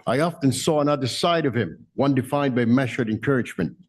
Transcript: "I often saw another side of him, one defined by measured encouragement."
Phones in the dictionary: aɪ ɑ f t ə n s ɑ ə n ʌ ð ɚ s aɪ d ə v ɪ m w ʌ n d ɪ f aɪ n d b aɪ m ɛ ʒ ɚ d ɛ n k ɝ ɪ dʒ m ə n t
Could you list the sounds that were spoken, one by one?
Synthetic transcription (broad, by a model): aɪ ɑ f t ə n s ɑ ə n ʌ ð ɚ s aɪ d ə v ɪ m w ʌ n d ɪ f aɪ n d b aɪ m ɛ ʃ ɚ d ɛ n k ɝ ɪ dʒ m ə n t